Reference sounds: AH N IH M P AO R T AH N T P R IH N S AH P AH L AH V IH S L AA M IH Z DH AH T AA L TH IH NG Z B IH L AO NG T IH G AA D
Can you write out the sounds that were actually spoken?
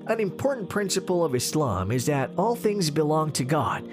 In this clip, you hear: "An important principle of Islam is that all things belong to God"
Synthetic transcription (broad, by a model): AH N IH M P AO R T N P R IH N S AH P L AH V IH S L AA M IH Z DH AH T AA L TH IH NG Z B IH L AO NG T IH G AA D